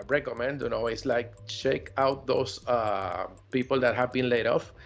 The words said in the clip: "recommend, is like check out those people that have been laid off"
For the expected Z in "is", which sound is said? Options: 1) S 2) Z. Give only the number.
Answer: 1